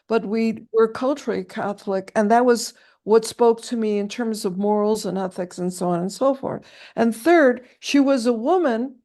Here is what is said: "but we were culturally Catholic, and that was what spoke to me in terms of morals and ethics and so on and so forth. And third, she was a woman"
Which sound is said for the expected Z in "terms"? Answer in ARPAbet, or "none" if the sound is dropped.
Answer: Z